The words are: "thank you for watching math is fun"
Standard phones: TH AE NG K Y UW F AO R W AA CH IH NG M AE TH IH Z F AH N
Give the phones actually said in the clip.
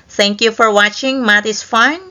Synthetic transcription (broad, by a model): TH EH NG K Y UW F AO R W AA CH IH NG M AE T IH S F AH N